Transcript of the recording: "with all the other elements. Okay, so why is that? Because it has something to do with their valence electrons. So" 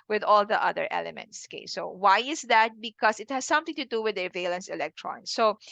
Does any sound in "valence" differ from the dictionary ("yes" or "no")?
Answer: no